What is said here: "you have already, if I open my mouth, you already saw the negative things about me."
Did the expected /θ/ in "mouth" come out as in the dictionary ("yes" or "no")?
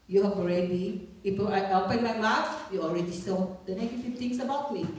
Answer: no